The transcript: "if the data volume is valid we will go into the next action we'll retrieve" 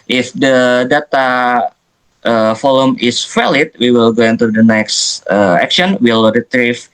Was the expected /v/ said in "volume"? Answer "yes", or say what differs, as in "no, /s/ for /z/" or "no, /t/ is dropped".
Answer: no, /f/ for /v/